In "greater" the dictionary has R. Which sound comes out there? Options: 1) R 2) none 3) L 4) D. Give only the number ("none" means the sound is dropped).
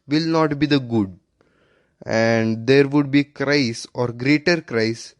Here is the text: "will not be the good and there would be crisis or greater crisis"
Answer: 1